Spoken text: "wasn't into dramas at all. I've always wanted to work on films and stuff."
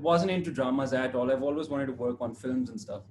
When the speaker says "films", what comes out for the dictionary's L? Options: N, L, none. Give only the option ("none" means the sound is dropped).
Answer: L